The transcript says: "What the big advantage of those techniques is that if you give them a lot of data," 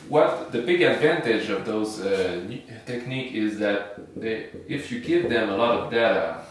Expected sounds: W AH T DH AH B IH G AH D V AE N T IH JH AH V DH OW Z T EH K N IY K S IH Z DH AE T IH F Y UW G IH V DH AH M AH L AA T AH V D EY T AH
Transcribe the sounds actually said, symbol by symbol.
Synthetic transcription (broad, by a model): W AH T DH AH B IH G AH D V AE N T IH JH AH V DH OW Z T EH K N IY K IH Z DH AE T IH F Y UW G IH V DH AH M AH L AA T AH V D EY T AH